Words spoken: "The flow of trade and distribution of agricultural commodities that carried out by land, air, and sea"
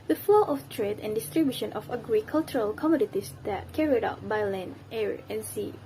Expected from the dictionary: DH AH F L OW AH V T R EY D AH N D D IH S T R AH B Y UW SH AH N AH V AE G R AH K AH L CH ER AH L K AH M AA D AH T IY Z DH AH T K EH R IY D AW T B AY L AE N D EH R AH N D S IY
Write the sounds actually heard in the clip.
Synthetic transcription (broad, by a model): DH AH F L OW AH F T R EY D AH N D D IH S T R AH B Y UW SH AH N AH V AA G R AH K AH L CH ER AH L K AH M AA D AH T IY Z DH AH T K EH R IY D AW T B AY L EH N EH R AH N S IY